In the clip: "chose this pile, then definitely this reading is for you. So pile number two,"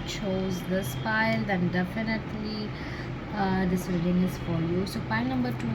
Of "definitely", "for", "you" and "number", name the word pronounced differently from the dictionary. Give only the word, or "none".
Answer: for